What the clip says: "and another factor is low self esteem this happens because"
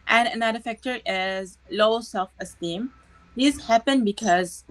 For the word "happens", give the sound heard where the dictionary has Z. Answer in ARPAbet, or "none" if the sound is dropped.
none